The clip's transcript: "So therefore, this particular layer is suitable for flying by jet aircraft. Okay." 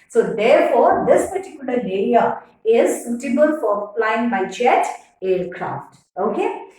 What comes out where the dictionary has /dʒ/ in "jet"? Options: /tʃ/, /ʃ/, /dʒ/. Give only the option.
/tʃ/